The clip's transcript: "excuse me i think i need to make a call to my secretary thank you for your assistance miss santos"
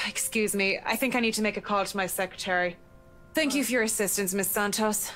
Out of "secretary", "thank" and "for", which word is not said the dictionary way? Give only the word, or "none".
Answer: none